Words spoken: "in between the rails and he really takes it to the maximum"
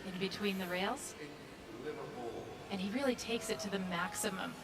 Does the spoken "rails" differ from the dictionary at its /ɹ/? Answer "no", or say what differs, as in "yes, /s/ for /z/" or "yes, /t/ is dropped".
no